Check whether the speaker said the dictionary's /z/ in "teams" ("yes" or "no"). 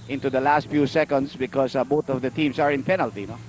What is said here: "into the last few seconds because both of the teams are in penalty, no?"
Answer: no